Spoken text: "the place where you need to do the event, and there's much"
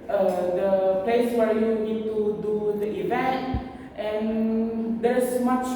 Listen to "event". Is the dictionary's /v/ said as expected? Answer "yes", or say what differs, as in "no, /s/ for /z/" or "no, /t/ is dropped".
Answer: yes